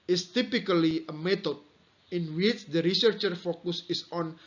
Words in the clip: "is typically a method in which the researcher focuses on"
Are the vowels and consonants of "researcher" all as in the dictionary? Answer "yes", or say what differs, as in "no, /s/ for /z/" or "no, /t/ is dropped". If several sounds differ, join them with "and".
yes